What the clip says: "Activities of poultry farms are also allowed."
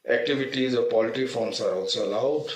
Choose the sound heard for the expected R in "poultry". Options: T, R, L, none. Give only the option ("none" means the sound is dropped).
none